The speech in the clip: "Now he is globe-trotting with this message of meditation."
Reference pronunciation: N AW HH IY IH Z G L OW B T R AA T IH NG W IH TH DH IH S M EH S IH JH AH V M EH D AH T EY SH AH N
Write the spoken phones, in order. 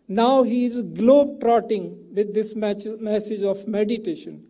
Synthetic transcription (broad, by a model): N AW HH IY IH Z G L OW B T R AA T IH NG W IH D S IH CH M EH S IH JH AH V M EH D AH T EY SH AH N